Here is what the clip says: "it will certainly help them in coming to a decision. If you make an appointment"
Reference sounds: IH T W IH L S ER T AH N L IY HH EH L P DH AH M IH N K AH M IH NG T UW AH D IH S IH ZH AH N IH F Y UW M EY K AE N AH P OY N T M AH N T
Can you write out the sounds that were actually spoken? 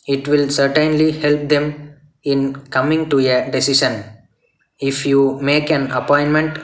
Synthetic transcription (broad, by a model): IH T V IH L S ER T AH N L IY HH EH L P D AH M IH N K AH M IH NG T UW AH D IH S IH SH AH N IH F Y UW M EY K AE N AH P OY N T M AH N T